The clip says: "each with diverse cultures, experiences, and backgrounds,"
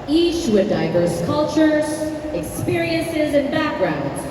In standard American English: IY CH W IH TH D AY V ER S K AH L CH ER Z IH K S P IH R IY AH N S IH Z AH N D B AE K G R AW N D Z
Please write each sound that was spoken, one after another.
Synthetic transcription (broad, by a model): IY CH W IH D AY V ER S K AH L CH ER Z IH K S P IH R IY AH N S IH Z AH N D B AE K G R AW N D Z